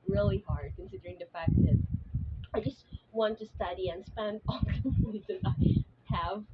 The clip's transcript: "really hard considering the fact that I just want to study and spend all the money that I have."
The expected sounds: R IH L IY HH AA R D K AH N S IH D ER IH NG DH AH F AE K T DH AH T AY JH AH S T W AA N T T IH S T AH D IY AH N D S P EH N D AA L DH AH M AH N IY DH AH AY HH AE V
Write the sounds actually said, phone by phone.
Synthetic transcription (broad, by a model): R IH L IY HH AA R D K AH N S IH D ER IH NG DH AH F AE K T DH AH T AY JH AH S T W AA N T T IH S T AH D IY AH N S P EH N D AA L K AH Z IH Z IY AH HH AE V